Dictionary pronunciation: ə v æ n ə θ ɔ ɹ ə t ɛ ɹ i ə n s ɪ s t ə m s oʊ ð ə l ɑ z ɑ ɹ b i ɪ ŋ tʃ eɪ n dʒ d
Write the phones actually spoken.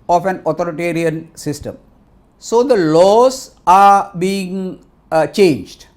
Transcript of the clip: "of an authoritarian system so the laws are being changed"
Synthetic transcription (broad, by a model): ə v æ n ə t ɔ ɹ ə t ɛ ɹ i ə n s ɪ s t ə m s oʊ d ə l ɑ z ɑ ɹ b i ɪ ŋ tʃ eɪ n dʒ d